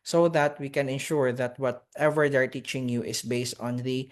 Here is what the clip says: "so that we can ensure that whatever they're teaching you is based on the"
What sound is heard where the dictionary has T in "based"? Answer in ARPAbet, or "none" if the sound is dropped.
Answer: T